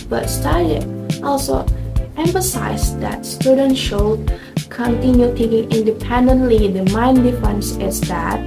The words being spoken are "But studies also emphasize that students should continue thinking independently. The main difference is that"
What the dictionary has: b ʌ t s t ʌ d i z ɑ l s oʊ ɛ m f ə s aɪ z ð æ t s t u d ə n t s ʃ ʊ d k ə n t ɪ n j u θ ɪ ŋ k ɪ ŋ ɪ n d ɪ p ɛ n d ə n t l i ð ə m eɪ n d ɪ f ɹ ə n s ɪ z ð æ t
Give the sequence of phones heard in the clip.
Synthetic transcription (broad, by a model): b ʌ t s t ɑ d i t ɑ l s oʊ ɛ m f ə s aɪ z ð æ t s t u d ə n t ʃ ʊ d k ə n t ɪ n j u t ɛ k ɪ ŋ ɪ n d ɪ p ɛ n d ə n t l i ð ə m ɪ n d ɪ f ə n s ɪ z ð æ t